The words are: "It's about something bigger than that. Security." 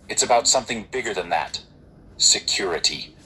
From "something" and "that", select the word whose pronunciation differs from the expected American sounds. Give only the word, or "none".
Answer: none